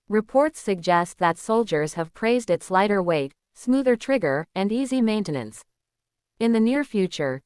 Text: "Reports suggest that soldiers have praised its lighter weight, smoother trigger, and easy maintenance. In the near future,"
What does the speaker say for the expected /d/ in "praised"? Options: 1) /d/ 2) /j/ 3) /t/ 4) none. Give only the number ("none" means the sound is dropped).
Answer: 1